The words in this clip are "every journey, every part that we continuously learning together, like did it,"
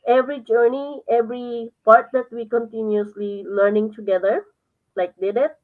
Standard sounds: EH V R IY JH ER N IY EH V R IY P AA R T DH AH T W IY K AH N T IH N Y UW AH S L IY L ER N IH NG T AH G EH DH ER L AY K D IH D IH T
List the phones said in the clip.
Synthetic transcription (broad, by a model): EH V R IY JH ER N IY EH V R IY P AA R T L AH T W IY K AH N T IH N Y UW AH S L IY L ER N IH NG T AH G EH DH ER L AY K D IH D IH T